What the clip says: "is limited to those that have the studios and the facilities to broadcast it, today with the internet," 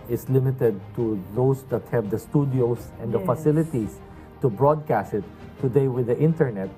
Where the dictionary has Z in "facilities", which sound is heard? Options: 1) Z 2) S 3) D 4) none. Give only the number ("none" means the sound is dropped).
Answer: 2